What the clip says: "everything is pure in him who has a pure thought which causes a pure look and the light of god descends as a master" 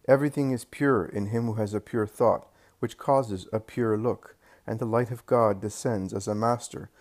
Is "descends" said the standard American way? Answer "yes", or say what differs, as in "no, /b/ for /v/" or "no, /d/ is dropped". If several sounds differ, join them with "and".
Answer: yes